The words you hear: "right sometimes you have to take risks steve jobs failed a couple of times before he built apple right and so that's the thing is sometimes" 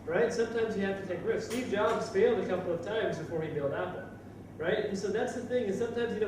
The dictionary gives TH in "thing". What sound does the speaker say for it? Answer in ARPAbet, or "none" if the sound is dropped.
TH